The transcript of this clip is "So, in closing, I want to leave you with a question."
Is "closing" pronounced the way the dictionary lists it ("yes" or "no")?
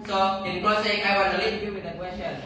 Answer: no